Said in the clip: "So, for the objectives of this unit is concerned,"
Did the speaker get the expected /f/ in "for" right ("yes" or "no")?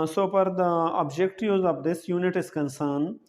no